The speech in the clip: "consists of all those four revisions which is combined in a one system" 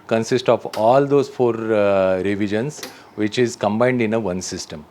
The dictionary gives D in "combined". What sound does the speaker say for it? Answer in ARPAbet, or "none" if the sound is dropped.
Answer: D